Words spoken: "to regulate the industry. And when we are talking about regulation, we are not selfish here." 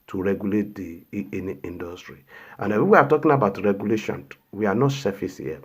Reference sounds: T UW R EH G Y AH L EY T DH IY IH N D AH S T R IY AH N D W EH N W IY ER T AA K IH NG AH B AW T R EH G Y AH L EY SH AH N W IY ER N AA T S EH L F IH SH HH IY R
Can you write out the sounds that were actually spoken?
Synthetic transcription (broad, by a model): T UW R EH G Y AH L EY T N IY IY N D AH S T R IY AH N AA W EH W IY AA T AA K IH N AH B AW T R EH G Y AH L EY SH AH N W IY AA N AA T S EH F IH S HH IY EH